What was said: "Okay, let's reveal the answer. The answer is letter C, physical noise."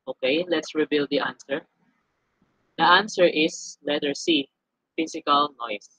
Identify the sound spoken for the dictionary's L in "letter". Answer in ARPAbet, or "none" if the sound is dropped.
L